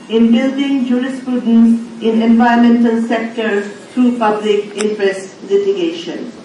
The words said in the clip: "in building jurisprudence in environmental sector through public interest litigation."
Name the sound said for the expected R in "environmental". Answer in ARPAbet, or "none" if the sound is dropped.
none